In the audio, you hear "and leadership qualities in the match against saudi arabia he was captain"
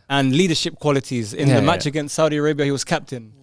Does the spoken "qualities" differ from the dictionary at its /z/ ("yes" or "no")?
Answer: no